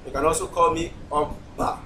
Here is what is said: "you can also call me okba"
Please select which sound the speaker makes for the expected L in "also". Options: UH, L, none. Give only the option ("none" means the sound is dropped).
none